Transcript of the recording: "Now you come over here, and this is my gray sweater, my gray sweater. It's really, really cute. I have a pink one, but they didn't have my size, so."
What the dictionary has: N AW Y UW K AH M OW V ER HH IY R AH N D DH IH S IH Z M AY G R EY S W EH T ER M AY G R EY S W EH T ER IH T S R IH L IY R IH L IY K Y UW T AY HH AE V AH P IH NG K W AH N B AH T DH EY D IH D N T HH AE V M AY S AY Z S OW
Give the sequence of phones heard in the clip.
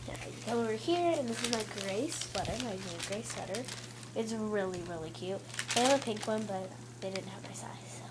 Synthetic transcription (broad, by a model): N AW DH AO OW V ER HH IY R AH N DH IH S IH Z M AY G R EY S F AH T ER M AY G R EY S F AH T ER IH T S R IH L IY R IH L IY K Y UW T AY AH P IH NG K W AH N B AH T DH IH D IH D N T HH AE V M AY S AY Z